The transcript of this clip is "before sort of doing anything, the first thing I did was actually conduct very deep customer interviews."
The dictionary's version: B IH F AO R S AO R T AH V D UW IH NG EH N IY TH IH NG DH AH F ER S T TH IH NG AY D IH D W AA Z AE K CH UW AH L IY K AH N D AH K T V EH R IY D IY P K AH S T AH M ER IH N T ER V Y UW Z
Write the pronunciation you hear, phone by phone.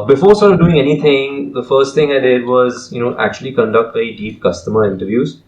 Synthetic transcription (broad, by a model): B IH F AO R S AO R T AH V D UW IH NG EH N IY T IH NG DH AH F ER S T T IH NG AY D IH D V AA Z AE K CH UW AH L IY K AH N D AH K T B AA IY D IY P K AH S T AH M ER IH N T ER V Y UW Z